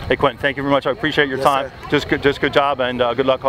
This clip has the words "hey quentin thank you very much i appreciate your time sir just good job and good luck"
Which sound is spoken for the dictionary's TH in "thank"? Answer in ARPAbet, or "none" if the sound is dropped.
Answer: TH